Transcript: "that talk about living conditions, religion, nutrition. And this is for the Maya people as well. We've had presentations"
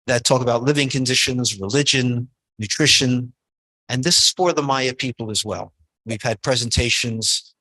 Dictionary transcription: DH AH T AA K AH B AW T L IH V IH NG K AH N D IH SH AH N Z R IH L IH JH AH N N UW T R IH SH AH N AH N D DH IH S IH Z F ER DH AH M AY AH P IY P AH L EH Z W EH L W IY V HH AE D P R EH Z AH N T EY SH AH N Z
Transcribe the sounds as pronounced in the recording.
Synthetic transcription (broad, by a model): DH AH T AA K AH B AW T L IH V IH NG K AH N D IH SH AH N Z R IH L IH JH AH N N UW T R IH SH AH N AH N DH IH S IH Z F ER DH AH M AY AH P IY P L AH Z W EH L W IY V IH D P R EH Z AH N T EY SH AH N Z